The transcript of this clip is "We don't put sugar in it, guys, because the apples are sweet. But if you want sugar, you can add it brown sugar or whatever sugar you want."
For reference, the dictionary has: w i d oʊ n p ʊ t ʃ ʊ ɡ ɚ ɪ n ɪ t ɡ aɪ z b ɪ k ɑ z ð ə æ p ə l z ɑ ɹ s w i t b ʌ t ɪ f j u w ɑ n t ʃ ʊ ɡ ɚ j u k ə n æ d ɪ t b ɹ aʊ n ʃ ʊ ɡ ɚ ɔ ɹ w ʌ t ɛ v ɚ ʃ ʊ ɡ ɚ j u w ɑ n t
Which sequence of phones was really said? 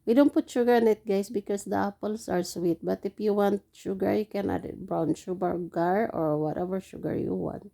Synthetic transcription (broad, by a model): w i d oʊ n p ʊ t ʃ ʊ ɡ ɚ ɪ n ɪ t ɡ aɪ s b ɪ k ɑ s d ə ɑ p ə l s ɑ ɹ s w i t b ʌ t ɪ f j u w ɑ n t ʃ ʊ ɡ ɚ j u k ə n ɪ t b ɹ aʊ n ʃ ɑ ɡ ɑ ɔ ɹ w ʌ t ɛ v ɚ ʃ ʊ ɡ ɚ j u w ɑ n t